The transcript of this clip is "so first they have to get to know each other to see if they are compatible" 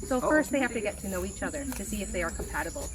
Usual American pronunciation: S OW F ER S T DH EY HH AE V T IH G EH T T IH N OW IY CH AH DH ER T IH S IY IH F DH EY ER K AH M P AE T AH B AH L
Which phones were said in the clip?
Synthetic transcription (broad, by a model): S OW F ER S T DH EY HH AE F T IH G EH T T IH N OW IY CH AH DH ER T IH S IY IH F DH EY ER K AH M P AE T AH B L